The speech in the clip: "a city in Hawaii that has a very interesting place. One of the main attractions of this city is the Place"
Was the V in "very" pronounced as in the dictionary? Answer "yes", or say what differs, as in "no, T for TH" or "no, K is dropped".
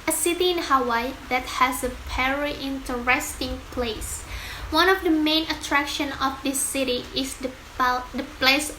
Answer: no, P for V